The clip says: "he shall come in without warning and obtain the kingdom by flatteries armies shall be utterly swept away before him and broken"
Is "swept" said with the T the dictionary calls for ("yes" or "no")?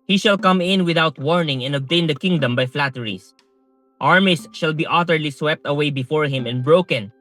yes